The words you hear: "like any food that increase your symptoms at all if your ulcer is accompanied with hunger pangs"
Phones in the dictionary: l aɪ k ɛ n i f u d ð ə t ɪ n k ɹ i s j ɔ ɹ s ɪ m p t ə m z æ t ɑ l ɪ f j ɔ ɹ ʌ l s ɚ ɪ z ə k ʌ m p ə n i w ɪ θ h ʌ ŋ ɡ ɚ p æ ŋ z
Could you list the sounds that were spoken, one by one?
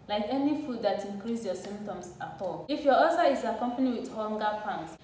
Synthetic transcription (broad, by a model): l aɪ k ɛ n i f u d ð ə t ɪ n k ɹ i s j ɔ s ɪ m p t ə m s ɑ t ɑ l ɪ f j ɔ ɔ s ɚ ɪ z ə k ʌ m p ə n i w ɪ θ h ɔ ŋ ɡ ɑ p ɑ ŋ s